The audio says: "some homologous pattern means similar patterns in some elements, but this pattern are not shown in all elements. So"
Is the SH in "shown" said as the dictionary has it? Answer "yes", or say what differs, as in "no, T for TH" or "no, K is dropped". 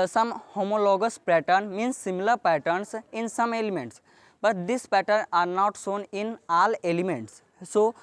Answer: no, S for SH